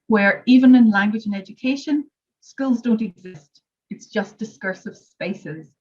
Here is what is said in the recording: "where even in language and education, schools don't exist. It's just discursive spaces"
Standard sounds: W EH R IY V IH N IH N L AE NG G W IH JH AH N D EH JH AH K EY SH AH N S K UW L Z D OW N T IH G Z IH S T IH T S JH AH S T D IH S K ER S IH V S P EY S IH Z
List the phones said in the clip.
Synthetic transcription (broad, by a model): W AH R IY V IH N IH N L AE NG G W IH JH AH N EH JH AH K EY SH AH N S K UW L Z D OW N T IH G Z IH S T IH T S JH AH S D IH S K ER S IH V S P EY S IH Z